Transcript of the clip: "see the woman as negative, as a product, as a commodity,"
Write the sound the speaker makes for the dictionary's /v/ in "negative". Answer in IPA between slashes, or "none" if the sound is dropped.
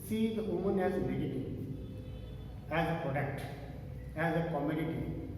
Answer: none